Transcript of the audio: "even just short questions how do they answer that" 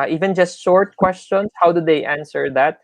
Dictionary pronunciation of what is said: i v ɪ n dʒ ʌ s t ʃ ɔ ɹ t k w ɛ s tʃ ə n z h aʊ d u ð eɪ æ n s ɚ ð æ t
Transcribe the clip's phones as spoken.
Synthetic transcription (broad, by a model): i v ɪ n dʒ ʌ s t ʃ ɔ ɹ t k w ɛ s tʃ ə n s h aʊ d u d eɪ æ n s ɚ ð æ t